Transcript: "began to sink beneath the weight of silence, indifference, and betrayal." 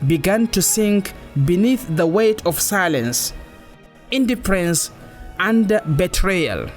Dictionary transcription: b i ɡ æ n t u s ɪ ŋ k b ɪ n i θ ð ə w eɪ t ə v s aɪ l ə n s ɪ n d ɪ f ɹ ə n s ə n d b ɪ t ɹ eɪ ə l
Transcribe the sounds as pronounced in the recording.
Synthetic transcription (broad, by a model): b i ɡ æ n t u s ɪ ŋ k b ɪ n i θ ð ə w eɪ t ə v s aɪ l ə n s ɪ n d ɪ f ɹ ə n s ə n d b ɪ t ɹ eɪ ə l